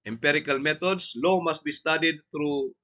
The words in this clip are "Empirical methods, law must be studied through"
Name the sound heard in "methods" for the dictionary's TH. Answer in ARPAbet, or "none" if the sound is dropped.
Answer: T